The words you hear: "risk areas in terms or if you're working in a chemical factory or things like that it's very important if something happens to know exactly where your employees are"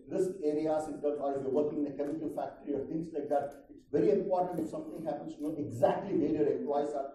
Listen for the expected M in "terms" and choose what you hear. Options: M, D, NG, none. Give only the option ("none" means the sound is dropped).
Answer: none